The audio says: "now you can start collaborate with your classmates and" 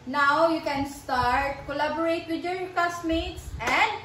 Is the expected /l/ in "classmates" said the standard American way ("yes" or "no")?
no